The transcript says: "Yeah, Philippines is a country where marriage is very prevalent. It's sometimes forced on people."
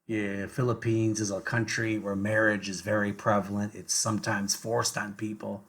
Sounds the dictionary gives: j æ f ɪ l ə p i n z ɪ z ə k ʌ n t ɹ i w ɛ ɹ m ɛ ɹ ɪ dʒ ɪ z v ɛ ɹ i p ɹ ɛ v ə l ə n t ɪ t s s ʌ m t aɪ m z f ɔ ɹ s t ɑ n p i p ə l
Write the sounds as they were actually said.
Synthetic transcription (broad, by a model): j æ f ɪ l ə p i n z ɪ z ə k ʌ n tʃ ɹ i w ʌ ɹ m ɛ ɹ ɪ dʒ ɪ z v ɛ ɹ i p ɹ ɛ v l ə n t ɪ t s s ʌ m t aɪ m z f ɔ ɹ s t n p i p l